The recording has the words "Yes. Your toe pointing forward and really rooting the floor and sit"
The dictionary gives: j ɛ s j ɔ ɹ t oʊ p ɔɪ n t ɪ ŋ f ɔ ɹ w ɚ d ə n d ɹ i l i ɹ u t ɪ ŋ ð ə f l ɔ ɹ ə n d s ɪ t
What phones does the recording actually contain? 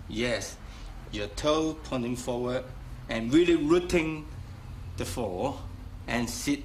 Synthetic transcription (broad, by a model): j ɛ s j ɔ t oʊ p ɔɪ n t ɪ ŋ f ɔ w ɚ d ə n ɹ i l i ɹ u t ɪ ŋ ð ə f ɔ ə n s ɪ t